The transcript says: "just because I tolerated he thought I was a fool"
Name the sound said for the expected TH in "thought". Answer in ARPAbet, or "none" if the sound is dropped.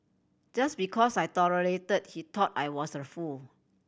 T